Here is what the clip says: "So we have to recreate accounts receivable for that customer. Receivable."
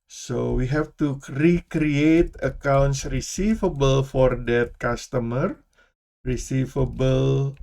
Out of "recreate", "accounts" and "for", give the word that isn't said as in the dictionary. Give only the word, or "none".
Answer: none